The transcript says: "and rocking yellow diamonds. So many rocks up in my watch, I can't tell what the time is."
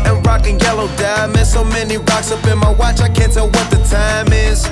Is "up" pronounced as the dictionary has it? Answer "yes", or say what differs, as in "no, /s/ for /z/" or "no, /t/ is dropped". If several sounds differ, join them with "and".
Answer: no, /b/ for /p/